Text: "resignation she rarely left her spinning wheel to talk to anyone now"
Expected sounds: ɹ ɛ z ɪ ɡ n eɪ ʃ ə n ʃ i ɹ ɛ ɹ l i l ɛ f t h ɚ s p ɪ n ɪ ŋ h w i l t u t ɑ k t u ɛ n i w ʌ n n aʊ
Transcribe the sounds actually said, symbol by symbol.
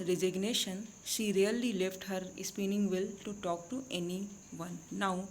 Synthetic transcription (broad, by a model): ɹ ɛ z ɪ ɡ n eɪ ʃ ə n ʃ i ɹ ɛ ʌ l i l ɛ f t h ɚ s p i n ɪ ŋ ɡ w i l t u t ɑ k t u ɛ n i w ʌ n n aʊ